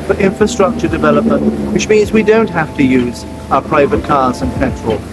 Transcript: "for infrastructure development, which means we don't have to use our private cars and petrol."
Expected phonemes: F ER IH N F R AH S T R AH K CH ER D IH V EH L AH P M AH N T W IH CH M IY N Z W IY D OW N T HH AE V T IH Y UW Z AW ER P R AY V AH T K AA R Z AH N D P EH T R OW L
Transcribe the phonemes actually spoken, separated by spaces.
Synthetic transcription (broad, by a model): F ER IH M F R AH S T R AH K CH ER D IH V EH L AH P M AH N T W IH CH M IY N Z W IY D OW N T HH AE F T IH Y UW Z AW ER P R AY V AH T K AA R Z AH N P EH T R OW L